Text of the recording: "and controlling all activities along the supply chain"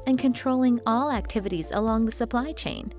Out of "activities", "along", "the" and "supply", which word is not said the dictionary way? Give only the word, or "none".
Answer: none